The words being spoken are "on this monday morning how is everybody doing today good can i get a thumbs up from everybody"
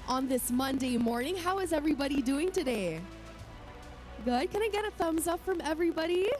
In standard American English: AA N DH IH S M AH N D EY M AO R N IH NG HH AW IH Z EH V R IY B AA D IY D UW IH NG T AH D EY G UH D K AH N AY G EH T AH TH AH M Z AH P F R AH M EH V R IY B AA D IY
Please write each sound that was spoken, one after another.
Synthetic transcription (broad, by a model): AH N DH IH S M AH N D EY M AO R N IH NG HH AW IH Z EH V R IY B AA D IY D UW IH NG T AH D EY G UH D K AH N AY G EH T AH TH AH M Z AH P F R AH M EH V R IY B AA D IY